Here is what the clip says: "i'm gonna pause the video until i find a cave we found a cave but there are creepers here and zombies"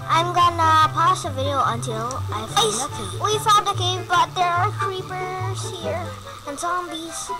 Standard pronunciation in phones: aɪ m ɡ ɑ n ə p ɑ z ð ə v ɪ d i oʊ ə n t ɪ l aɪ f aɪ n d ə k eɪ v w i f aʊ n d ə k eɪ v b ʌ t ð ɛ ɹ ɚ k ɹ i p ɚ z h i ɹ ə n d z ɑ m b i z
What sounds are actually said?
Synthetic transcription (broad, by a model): aɪ m ɡ ɑ n ə p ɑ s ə v ɪ d i oʊ ə n t ɪ l aɪ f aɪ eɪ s w i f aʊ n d ə k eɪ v b ʌ t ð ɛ ɹ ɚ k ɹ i p ɚ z h i ɹ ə n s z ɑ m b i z